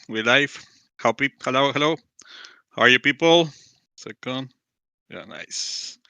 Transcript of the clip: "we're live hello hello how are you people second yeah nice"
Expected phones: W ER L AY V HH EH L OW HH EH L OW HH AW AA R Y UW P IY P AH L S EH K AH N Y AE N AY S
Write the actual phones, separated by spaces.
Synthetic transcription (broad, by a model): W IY L AY P HH EH L OW HH EH L OW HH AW AA R Y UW P IY P AH L S EH K AH N Y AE N AY S